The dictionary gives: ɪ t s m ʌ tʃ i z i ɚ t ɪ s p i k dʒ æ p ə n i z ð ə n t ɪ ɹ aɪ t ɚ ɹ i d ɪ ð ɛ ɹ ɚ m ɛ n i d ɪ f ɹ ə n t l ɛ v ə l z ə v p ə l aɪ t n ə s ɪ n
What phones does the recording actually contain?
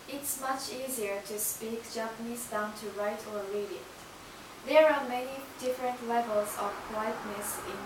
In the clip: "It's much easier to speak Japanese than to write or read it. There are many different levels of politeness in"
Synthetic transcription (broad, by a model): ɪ t s m ʌ tʃ i z i ɚ t ɪ s p i k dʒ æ p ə n i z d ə n t ɪ ɹ aɪ t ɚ l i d ɪ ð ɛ ɹ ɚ m ɛ n i d ɪ f ɹ ə n t l ɛ v ə l z ə v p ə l aɪ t n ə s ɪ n